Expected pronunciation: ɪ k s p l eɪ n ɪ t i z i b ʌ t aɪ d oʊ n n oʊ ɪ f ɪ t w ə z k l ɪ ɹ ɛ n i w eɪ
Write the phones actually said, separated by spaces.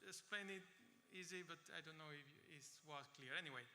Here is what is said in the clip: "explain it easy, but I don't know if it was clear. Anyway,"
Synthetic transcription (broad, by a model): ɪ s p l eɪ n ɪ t i z i b ʌ t aɪ d oʊ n n oʊ ɪ f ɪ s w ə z k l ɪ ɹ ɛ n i w eɪ